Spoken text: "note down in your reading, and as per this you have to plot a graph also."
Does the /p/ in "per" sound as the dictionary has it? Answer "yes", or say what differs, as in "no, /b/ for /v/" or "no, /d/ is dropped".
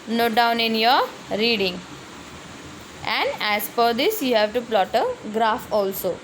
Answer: no, /f/ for /p/